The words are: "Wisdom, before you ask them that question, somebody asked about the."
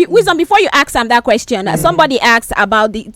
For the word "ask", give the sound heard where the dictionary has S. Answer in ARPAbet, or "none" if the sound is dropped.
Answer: none